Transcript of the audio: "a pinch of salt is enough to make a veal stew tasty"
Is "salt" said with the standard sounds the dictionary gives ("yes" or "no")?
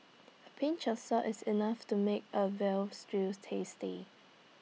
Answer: no